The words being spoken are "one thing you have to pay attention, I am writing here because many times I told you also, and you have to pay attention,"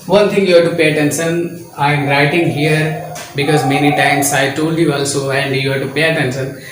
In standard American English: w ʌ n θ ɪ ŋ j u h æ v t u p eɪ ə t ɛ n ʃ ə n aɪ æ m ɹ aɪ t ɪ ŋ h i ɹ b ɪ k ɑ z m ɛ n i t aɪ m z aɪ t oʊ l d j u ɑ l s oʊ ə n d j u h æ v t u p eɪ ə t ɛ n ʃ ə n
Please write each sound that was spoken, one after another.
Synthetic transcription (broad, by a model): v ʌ n t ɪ ŋ j u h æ t u p eɪ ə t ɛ n s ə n aɪ m ɹ aɪ t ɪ ŋ h i ɹ b ɪ k ɑ z m ɛ n i t aɪ m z aɪ t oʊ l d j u ɑ l s oʊ ə n d j u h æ t u p eɪ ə t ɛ n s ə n